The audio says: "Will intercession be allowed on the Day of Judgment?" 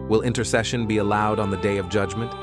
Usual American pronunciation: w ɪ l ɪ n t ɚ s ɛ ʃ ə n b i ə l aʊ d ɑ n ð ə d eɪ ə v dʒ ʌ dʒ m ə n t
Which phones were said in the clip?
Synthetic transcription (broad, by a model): w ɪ l ɪ n t ɚ s ɛ ʃ ə n b i ə l aʊ d n ð ə d eɪ ə v dʒ ʌ dʒ m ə n t